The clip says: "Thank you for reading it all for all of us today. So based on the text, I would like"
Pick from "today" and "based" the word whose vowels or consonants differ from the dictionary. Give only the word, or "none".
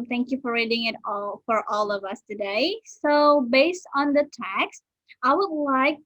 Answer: none